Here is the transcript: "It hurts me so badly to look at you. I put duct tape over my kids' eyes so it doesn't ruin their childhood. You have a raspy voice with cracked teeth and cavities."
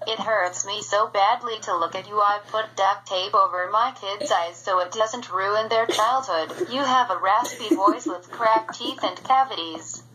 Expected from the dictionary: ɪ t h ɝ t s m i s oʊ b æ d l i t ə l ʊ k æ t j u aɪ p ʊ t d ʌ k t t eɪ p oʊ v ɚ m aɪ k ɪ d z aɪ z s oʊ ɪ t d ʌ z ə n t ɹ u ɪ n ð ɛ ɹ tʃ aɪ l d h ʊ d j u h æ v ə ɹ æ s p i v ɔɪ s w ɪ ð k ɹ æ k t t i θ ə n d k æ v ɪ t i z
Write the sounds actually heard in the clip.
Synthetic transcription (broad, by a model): ɪ t h ɝ t s m i s oʊ b æ d l i t ə l ʊ k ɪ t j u aɪ p ʊ t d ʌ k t t eɪ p oʊ v ɚ m aɪ k ɪ d z aɪ z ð oʊ ɪ t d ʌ z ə n t ɹ u ɪ n ð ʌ ɹ tʃ aɪ l d h ʊ d j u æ v ə ɹ æ s p i v ɔɪ s w ɪ ð k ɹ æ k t t i θ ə n k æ v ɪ t i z